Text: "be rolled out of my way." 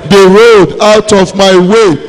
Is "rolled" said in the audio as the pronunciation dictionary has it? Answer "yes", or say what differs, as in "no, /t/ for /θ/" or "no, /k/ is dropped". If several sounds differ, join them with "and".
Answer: no, /l/ is dropped